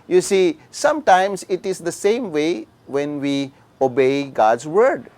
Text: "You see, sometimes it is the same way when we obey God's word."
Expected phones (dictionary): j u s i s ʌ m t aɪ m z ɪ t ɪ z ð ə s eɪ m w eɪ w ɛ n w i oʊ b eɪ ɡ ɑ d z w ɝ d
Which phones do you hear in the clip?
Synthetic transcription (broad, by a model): j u s i s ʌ m t aɪ m s ɪ t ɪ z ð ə s eɪ m w eɪ w ɛ n w i oʊ b eɪ ɡ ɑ d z w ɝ d